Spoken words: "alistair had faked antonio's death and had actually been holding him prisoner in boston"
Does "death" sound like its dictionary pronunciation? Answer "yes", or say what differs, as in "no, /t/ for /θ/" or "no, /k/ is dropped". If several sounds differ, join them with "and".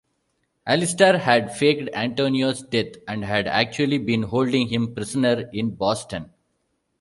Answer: no, /t/ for /θ/